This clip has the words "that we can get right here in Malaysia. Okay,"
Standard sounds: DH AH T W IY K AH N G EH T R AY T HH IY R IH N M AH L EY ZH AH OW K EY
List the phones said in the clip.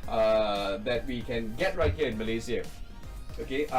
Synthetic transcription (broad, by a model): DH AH T W IY K AH N G EH T R AY T HH IY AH IH N M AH L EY Z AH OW K EY